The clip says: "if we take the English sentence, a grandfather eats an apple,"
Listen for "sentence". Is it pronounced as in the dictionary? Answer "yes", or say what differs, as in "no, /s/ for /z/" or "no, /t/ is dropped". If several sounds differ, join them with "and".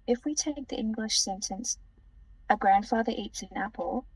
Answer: yes